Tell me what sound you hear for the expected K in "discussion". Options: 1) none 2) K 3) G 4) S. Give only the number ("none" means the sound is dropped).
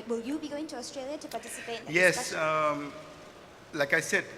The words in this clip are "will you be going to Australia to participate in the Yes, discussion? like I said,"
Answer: 1